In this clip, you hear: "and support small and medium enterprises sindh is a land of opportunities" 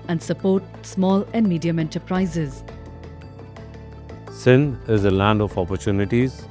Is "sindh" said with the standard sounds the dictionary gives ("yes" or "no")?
no